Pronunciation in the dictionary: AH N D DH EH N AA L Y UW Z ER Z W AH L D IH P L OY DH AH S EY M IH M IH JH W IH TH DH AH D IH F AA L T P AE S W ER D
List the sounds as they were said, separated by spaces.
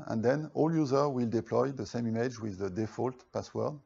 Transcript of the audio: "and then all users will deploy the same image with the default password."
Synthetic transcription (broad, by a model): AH N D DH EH N AA L Y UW Z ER W AH L D IH P L OY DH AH S EY M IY M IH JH W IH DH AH D IH F AA L T P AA S W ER